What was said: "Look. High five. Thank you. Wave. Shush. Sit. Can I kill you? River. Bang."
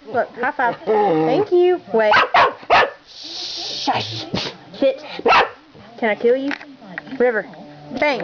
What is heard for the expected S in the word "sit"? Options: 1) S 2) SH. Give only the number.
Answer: 2